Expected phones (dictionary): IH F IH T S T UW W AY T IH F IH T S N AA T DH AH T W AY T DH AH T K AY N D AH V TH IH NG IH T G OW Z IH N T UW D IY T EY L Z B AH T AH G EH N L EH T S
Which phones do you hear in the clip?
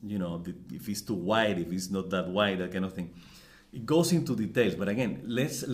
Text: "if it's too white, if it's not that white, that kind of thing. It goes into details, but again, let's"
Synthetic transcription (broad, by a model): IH F IH T S T UW W AY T IH F IH T S N AA T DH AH T W AY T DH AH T K AY N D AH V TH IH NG IH T G OW S IH N T UW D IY T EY L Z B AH T AH G EH N L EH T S